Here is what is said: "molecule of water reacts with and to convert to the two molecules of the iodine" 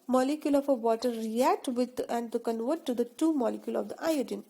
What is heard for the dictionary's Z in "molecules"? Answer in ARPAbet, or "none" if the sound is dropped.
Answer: none